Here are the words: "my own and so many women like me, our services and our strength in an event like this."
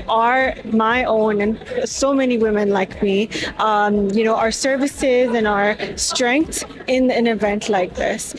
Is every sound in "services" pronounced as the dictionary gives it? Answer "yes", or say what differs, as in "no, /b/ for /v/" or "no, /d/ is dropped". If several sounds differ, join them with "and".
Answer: yes